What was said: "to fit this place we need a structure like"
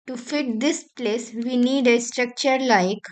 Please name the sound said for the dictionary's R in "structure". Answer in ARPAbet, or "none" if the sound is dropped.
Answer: R